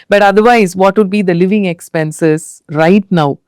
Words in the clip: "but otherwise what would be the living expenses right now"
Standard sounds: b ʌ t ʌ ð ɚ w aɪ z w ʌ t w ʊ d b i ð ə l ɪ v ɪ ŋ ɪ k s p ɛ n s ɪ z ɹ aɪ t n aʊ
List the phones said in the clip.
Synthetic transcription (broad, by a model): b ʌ t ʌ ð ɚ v aɪ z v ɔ t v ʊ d b i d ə l ɪ v ɪ ŋ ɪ k s p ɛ n s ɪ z ɹ aɪ t n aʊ